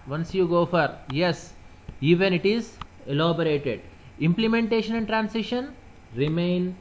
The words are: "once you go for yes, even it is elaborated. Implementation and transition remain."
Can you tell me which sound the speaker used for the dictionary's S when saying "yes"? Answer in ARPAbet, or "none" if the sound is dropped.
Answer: S